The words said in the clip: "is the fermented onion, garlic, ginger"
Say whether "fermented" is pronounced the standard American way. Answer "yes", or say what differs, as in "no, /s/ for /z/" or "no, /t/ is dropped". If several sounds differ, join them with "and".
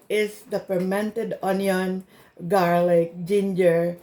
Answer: no, /p/ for /f/